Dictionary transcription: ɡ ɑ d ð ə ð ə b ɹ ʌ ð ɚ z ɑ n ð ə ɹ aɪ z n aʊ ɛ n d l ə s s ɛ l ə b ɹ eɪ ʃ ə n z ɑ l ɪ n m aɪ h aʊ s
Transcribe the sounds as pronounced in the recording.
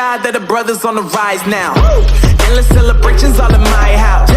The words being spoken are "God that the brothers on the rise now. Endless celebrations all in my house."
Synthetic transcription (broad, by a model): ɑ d ð ə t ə b ɹ ʌ ð ɚ z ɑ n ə ɹ aɪ z n aʊ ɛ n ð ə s s ɛ l ə b ɹ eɪ ʃ ə n z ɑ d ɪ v m aɪ h aʊ s